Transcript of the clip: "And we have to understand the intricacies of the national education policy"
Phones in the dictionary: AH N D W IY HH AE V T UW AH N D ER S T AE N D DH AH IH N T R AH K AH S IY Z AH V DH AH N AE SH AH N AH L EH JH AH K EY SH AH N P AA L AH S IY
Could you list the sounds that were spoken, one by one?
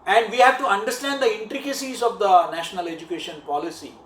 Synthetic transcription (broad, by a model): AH N D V IY HH AE V T UW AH N D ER S T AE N D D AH IH N T R AH K AH S IY Z AH V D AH N AE SH AH N AH L EH JH AH K EY SH AH N P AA L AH S IY